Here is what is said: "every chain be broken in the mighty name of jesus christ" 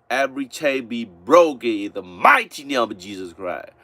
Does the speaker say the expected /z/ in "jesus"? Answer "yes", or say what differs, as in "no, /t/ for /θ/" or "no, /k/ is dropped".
yes